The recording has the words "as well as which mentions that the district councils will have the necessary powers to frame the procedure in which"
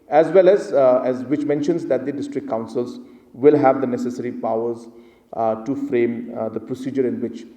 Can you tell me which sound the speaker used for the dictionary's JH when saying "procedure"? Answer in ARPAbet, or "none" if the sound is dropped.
JH